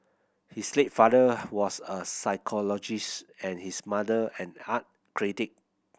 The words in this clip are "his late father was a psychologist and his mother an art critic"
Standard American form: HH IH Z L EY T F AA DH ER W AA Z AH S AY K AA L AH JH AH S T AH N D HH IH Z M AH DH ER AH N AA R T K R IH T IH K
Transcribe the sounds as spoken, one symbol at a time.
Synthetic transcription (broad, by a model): HH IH S L EY T F AA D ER W AA S AH S AY K AA L AH JH AH S T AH N HH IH S M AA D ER AH N AA T K R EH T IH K